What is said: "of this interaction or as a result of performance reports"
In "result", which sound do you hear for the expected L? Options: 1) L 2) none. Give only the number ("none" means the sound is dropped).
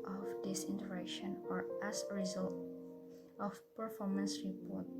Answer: 1